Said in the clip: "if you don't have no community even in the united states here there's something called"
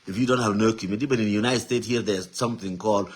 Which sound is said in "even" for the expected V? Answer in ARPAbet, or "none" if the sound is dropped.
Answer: B